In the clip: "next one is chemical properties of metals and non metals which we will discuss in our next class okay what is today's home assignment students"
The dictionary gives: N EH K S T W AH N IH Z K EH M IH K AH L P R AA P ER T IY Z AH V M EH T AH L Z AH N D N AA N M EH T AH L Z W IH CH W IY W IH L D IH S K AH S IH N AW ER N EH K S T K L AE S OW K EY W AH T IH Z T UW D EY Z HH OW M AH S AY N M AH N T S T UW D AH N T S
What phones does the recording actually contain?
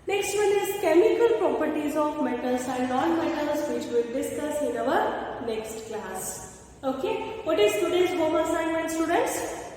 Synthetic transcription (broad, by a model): N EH K S T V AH N IH Z K EH M IH K AH L P R AA P ER T IY Z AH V M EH T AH L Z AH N N AA N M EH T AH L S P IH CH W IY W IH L D IH S K AH S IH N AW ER N EH K S T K L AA S OW K EY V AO T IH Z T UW D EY S HH OW M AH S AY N AH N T S T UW D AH N T S